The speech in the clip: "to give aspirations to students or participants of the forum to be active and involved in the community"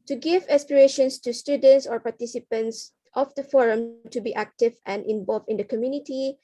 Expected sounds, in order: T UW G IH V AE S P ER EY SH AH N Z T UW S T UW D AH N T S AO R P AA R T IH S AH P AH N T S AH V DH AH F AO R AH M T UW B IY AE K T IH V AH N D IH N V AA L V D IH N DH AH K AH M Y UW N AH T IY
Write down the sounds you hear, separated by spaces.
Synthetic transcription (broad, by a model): T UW G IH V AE S P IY EY SH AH N S T UW S T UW D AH N T S AO R P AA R T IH S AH P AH N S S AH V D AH F AO R AH M T UW B IY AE K T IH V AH N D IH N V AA L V IH N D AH K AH M Y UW N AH T IY